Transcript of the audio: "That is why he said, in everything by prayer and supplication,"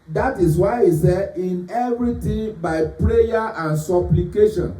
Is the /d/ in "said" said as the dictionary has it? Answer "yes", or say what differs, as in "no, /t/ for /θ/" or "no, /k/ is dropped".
no, /d/ is dropped